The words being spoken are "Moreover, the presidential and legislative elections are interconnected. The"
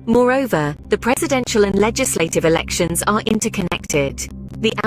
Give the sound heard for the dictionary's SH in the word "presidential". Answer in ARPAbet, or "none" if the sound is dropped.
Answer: SH